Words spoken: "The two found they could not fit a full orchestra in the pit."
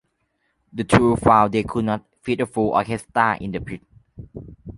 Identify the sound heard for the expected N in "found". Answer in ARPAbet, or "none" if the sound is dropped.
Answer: none